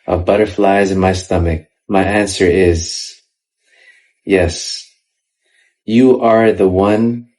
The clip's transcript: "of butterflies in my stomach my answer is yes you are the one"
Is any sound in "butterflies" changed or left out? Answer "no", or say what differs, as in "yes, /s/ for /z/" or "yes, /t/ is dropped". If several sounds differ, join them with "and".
no